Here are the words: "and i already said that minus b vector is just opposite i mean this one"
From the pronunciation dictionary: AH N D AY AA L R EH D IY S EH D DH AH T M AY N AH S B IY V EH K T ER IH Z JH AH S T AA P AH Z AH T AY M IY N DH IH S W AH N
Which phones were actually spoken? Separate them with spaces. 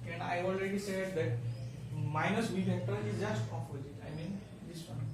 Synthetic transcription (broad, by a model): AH N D AY AA L R EH D IY S EH D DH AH T M AY N AH S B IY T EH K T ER IH Z JH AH S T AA F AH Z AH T AY M IY N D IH S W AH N